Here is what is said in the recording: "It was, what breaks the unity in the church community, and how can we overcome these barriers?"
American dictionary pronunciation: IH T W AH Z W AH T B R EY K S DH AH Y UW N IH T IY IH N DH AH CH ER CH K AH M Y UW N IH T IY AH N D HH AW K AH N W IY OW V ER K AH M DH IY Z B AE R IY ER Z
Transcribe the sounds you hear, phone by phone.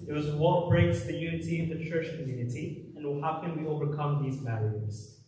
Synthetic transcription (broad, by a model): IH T W AH Z W AH T B R EY K S DH AH Y UW N IH T IY IH N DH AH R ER SH K AH M Y UW N IH T IY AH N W HH AW K AH N W IY OW V ER K AH M DH IY Z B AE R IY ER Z